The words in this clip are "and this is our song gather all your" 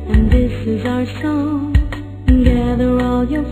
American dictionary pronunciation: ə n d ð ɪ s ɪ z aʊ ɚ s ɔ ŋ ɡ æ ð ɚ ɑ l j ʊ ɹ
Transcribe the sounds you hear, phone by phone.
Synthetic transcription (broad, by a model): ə n ð ɪ s ɪ z aʊ ɚ s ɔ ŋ ɡ æ ð ɚ ɑ l j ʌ ɹ